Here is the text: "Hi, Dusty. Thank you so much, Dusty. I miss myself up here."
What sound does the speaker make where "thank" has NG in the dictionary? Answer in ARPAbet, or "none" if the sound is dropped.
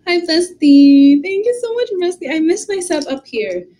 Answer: NG